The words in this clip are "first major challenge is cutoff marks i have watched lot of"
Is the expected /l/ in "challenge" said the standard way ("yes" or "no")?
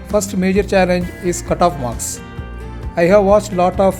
yes